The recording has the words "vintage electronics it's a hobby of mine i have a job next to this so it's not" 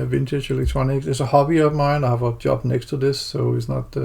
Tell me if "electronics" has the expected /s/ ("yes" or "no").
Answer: no